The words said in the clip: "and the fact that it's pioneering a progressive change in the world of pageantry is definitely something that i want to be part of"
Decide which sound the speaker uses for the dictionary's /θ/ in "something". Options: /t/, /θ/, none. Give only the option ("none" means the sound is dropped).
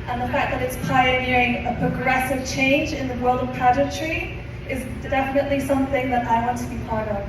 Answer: /θ/